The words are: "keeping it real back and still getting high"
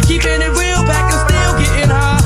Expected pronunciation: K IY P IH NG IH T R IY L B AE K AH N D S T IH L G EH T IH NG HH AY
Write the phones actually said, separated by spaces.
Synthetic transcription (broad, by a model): K IY P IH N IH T W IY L B AE K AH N S T IH L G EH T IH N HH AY